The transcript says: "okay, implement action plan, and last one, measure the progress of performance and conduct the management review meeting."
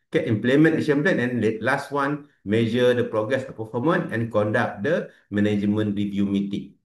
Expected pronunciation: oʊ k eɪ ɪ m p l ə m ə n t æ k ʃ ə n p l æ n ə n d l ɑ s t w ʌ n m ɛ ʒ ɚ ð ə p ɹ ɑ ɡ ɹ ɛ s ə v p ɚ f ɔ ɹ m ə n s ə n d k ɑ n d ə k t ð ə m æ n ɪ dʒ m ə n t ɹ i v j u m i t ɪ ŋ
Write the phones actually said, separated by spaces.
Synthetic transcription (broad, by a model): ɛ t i m p l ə m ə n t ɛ ʃ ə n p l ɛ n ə n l l ɑ s t w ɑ n m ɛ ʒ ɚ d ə p ɹ ɑ ɡ ɹ ɛ s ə p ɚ f ɔ m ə n ə n k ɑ n d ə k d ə m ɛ n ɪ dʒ m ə n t ɹ i v j u m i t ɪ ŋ